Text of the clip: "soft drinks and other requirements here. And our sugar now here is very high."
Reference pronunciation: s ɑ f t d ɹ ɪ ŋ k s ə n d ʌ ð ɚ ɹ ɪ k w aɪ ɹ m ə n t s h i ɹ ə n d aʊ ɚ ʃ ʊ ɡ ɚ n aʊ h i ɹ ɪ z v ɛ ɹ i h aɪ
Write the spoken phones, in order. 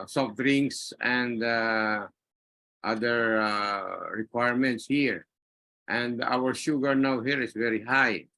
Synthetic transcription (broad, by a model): s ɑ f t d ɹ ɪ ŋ s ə n d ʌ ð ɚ ɹ ɪ k w aɪ ɹ m ə n t s h i ɹ ə n d aʊ ɚ ʃ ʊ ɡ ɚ n aʊ h i ɹ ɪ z v ɛ ɹ i h aɪ